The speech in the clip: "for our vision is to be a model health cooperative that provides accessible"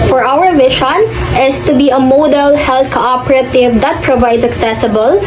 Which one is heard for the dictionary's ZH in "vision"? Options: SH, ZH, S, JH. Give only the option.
SH